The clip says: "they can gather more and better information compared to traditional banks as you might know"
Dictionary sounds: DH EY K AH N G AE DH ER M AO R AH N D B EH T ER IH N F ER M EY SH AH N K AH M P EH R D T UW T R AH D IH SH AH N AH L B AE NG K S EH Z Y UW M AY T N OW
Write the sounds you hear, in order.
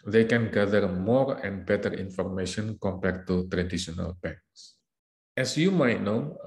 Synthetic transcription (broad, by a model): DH EY K AH N G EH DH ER M AO R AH N B EH T ER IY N F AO M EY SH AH N K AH M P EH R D T UW T R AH D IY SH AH N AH L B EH K S EH S Y UW M AY T N OW